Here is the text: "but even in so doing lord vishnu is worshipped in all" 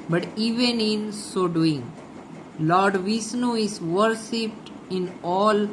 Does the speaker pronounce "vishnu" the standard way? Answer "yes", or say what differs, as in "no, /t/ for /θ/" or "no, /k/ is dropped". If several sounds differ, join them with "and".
no, /s/ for /ʃ/